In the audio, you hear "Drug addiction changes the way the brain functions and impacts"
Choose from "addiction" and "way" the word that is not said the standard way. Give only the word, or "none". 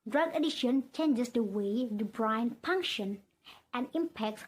addiction